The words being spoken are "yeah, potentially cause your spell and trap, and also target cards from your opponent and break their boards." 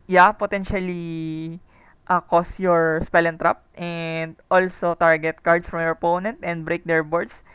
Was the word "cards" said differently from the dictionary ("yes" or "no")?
yes